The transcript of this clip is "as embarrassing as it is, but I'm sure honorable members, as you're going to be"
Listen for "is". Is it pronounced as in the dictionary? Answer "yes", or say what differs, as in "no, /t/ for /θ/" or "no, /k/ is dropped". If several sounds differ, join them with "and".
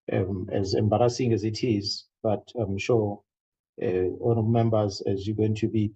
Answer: yes